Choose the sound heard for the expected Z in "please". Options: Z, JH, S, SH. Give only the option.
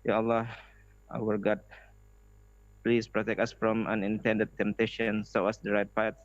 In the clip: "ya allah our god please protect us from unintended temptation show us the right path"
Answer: S